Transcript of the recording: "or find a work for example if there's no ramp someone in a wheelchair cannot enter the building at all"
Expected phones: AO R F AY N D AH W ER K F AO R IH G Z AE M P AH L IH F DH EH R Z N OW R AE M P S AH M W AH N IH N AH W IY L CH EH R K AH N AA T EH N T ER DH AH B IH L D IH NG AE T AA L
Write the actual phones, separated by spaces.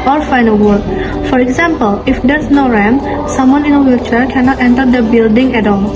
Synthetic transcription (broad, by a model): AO R F AY N AH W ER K F AO R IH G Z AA M P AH L IH F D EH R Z N OW R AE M S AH M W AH N IH N AH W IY CH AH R K AH N AA T EH N T ER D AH B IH L D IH NG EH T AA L